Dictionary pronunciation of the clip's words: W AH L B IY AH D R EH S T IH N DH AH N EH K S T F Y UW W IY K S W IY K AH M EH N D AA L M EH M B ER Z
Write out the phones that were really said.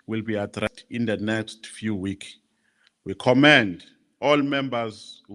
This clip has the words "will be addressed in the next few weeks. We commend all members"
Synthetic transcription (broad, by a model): W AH L B IY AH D R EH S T IH N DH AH N EH K S T F Y UW W IY K W IY K AH M EH N D AA L M EH M B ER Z